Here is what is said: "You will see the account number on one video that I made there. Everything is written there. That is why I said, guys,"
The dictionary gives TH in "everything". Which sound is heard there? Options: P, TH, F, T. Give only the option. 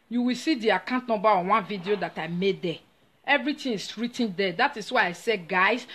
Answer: T